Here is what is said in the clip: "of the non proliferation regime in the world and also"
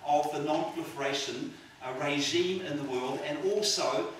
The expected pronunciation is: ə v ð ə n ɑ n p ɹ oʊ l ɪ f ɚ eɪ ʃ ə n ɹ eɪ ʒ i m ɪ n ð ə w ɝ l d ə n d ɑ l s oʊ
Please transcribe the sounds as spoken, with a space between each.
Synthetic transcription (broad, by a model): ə v ð ə n ɑ n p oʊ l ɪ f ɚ eɪ ʃ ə n ɹ eɪ ʒ i m ɪ n ð ə w ɝ l d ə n ɑ l s oʊ